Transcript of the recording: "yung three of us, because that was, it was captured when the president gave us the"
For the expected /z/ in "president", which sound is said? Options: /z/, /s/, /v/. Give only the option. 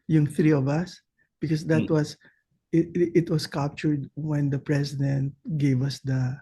/s/